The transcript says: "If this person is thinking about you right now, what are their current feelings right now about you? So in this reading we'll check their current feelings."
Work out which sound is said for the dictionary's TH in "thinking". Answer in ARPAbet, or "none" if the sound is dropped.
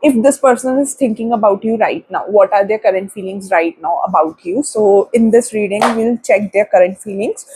T